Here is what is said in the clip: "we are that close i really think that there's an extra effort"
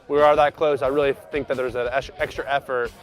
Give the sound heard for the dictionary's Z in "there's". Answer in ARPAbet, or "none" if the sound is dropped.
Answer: Z